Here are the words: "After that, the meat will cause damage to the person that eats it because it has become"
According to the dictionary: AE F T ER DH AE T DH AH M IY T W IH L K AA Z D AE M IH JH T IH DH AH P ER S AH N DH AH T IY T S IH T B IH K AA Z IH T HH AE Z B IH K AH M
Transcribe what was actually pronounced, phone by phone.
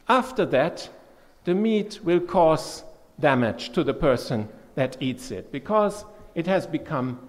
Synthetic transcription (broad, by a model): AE F T ER DH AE T DH AH M IY T W IH L K AA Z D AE M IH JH T IH DH AH P ER S AH N DH AH T IY T S IH T B IH K AA Z IH T HH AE Z B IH K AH M